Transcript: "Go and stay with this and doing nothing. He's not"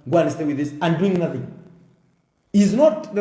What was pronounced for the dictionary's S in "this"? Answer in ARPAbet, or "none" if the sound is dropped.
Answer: S